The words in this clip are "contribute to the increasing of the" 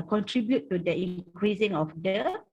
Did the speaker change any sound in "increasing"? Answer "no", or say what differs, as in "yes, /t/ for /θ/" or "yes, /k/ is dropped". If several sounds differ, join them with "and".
yes, /n/ is dropped